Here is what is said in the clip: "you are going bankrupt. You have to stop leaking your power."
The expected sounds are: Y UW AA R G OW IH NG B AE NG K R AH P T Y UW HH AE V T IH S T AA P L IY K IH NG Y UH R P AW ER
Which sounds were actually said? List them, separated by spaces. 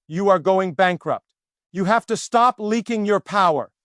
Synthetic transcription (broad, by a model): Y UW AA R G OW IH NG B AE NG K R AH P T Y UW HH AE F T IH S T AA P L IY K IH NG Y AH R P AW ER